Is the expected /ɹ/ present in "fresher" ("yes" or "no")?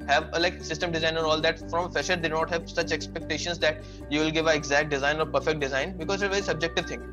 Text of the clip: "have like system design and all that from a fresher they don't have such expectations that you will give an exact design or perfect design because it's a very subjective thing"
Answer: no